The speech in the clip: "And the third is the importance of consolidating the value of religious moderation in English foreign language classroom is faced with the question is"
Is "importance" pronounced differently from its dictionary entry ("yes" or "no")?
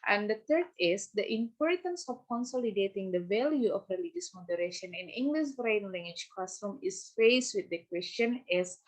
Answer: no